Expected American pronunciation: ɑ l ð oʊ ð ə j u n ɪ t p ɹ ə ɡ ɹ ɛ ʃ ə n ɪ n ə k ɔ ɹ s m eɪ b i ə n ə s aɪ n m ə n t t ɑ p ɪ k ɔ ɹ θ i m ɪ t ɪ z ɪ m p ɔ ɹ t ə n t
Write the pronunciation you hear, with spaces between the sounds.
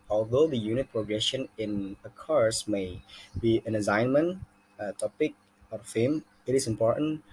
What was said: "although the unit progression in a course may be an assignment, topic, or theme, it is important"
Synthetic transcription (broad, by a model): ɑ l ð oʊ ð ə j u n ɪ t p ɹ ə ɡ ɹ ɛ ʃ ə n ɪ n ə k ɔ ɹ s m eɪ b i ə n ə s aɪ n m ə n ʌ t ɑ p ɪ k ɔ ɹ f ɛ m ɪ t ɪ s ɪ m p ɔ ɹ t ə n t